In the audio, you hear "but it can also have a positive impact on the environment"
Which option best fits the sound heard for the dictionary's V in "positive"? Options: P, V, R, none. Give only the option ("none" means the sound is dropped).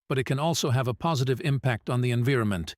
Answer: V